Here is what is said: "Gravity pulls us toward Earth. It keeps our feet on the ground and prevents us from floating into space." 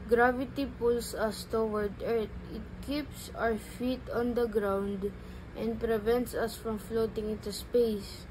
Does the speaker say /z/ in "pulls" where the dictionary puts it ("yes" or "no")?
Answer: no